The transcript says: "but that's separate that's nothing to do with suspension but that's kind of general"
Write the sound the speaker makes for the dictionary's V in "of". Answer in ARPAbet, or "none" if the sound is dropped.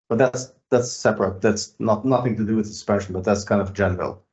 V